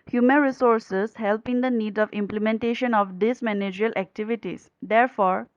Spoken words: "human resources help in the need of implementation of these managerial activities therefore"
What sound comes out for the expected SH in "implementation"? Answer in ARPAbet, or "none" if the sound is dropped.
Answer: SH